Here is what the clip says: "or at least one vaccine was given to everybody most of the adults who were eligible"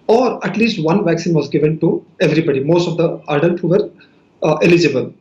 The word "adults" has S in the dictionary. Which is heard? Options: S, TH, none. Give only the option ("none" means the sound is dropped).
none